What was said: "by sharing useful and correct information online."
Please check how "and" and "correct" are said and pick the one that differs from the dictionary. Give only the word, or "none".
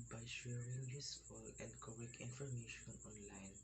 correct